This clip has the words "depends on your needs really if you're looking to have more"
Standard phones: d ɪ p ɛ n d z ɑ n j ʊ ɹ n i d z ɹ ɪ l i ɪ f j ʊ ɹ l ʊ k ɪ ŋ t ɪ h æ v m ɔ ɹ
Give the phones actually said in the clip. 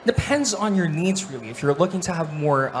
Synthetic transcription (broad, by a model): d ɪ p ɛ n d z n j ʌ ɹ n i d z ɹ ɪ l i ɪ f j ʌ ɹ l ʊ k ɪ ŋ t ɪ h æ v m ɔ ɹ